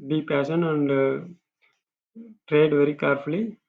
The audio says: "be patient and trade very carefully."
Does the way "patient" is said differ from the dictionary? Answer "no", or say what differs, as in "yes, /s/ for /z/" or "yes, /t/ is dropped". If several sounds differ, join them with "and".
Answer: yes, /t/ is dropped